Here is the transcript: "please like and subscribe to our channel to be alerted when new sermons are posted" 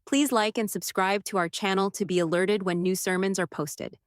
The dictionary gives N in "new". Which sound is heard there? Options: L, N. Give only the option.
N